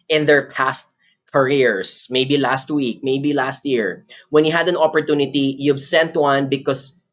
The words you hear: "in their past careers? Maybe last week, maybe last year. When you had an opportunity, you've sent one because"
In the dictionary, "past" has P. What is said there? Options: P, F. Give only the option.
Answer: P